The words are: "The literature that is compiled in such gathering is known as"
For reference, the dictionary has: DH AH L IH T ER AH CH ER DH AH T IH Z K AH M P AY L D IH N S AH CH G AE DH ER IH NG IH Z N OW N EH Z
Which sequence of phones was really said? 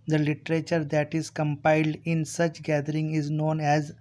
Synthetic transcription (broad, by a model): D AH L IH T ER AH CH ER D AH T IH Z K AH M P AY L D IH N S AH CH G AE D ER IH NG IH Z N OW N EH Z